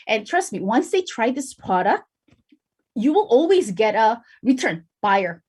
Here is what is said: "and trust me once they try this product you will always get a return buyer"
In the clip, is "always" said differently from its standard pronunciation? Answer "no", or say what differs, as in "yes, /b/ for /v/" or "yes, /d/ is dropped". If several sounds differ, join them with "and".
no